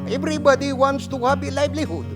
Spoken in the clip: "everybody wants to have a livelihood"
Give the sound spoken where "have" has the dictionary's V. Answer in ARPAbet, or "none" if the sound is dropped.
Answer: P